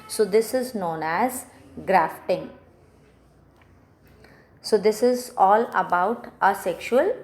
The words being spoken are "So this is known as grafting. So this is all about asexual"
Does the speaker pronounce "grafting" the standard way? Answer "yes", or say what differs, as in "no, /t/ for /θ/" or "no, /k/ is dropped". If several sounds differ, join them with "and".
yes